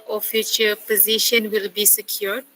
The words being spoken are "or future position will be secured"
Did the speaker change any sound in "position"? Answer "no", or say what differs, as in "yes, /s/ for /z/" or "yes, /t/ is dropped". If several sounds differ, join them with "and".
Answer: no